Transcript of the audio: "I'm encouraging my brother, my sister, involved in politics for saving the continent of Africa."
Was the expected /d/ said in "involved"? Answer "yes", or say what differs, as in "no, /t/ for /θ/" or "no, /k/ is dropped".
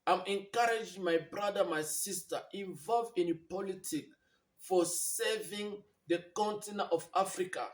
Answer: no, /d/ is dropped